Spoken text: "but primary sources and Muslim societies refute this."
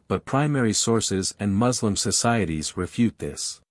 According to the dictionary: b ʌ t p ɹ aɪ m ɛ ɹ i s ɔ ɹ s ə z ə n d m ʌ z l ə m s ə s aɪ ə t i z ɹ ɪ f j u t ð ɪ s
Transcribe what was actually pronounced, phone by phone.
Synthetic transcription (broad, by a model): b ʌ t p ɹ aɪ m ɛ ɹ i s ɔ ɹ s ə z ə n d m ʌ z l ə m s ə s aɪ ə t i z ɹ ɪ f j u t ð ɪ s